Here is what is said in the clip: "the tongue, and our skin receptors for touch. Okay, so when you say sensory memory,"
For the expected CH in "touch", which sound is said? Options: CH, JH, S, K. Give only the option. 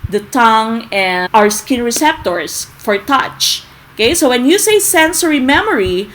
CH